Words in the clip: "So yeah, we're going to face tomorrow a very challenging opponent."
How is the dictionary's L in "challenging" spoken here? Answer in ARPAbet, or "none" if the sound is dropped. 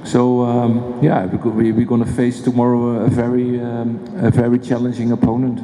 L